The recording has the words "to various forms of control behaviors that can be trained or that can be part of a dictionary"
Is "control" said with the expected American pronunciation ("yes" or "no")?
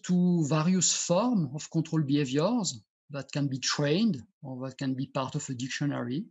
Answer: no